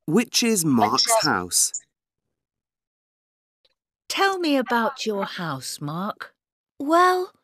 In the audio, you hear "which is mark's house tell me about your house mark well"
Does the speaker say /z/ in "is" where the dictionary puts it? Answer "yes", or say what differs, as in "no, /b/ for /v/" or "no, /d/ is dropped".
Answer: yes